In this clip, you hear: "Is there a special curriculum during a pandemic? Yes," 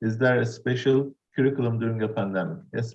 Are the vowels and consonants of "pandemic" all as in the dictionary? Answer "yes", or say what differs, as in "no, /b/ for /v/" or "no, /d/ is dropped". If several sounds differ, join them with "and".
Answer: yes